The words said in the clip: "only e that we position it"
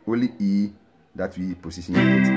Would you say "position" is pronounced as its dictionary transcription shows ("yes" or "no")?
no